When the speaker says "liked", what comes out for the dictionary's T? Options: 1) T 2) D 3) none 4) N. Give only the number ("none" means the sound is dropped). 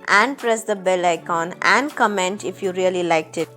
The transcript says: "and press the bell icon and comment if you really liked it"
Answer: 1